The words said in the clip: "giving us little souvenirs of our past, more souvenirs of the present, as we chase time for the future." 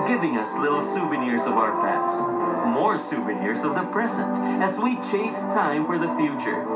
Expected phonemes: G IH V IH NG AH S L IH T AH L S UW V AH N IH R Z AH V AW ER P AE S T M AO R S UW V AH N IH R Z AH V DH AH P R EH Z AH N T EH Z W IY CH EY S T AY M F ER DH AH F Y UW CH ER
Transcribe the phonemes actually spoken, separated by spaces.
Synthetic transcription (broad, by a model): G IH V IH NG AH S L IH T L S UW V AH N IH R Z AH V AW ER P AE S T M AO R S UW V AH N IH R Z AH V DH AH P R EH Z AH N T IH Z W IY CH EY S T AY M F ER DH AH F Y UW CH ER